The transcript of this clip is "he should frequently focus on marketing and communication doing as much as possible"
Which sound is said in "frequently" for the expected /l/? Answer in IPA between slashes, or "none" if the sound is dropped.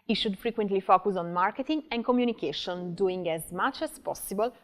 /l/